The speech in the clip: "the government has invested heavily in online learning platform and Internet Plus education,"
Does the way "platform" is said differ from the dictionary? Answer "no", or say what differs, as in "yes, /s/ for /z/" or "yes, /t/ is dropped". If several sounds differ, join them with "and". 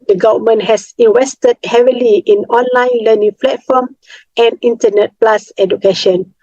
yes, /f/ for /p/